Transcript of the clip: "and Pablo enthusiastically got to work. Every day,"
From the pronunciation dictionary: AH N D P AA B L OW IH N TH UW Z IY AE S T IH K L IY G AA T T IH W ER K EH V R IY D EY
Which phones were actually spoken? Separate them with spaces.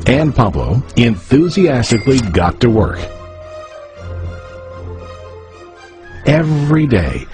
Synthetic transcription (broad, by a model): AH N P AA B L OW IH N TH UW Z IY AE S T IH K L IY G AA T T IH W ER K EH V R IY D EY